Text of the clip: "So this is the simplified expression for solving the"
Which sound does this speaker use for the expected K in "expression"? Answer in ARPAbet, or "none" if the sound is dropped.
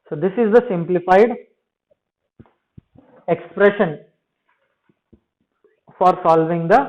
K